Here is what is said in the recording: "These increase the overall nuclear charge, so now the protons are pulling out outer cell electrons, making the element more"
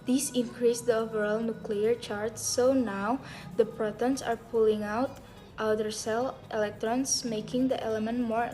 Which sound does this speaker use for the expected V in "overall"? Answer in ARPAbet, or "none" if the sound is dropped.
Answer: V